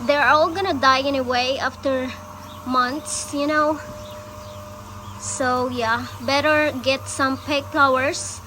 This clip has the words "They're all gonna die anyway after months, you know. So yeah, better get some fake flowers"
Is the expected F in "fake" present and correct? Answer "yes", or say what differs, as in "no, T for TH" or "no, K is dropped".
no, P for F